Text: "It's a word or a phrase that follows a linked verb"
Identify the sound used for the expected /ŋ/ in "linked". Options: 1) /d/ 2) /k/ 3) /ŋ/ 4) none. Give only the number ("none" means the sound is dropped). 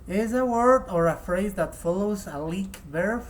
4